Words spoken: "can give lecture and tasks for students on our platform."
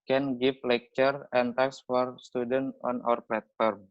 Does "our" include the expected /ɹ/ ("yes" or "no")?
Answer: yes